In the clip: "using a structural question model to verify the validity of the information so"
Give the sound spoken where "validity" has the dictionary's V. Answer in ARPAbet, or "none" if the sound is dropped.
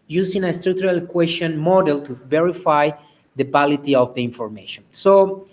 B